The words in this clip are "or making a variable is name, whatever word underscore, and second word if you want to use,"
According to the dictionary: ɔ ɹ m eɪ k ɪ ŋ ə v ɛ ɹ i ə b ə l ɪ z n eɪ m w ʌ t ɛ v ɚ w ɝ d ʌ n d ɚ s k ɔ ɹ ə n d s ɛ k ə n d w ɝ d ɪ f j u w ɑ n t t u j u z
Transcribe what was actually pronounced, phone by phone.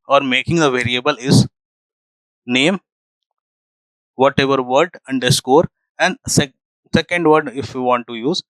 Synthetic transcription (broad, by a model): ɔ ɹ m eɪ k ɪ ŋ ə v ɛ ɹ i ə b ə l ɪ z n eɪ m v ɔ t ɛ v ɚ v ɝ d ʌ n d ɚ s k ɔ ɹ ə n d s ɛ k ə n d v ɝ d ɪ f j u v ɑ n t t u j u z